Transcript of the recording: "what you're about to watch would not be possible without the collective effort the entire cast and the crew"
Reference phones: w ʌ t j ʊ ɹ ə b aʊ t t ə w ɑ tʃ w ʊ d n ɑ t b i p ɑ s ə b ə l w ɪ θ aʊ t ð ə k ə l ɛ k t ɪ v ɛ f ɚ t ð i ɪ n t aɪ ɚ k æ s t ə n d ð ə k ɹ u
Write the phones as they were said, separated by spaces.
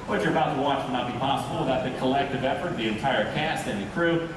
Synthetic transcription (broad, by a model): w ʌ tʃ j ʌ ɹ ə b aʊ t t ə w ɑ tʃ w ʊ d n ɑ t b i p ɑ s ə b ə l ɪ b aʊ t ð ə k ə l ɛ k t ɪ v ɛ f ɚ t ð i ɪ n t aɪ ɚ k æ s t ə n ð ə k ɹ u